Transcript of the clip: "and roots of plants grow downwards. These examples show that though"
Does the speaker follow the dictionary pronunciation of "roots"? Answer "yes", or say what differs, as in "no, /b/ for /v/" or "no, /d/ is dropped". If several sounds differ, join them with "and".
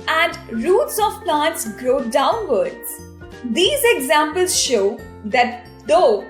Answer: yes